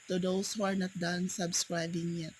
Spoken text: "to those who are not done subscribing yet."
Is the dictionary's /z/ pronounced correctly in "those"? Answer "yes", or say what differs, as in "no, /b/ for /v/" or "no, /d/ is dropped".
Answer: no, /s/ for /z/